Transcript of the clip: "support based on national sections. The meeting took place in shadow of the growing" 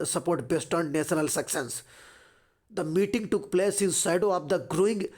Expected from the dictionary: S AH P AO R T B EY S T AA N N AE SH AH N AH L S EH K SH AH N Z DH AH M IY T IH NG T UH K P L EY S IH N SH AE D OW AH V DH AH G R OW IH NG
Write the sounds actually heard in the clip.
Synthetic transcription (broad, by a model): S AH P AO R T B EY S T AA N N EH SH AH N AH L S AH K S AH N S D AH M IY T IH NG T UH K P L EY S IH N S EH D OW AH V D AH G R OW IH NG